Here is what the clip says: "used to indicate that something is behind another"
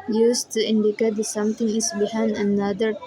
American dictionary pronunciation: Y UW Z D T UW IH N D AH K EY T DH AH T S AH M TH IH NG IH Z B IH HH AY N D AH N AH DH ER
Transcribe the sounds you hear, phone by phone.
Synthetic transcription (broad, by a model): Y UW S T UW IH N D AH K EY T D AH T S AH M T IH NG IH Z B IH HH AY N D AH N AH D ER